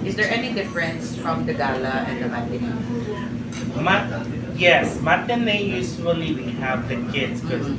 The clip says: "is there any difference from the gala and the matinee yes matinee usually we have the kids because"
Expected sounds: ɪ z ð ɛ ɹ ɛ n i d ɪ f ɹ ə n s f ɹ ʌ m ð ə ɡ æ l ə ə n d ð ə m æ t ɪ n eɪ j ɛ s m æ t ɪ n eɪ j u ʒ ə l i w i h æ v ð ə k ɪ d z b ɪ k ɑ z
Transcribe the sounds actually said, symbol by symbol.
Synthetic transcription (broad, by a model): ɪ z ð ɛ ɹ ɛ n i d ɪ f ɹ ə n s f ɹ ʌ m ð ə ɡ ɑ l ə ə n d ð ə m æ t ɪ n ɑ j ɛ s m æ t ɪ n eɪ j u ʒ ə l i w i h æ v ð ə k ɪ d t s k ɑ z